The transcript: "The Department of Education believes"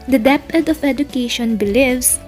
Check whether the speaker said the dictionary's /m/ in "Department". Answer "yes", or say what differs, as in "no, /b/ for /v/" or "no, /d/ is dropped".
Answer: no, /m/ is dropped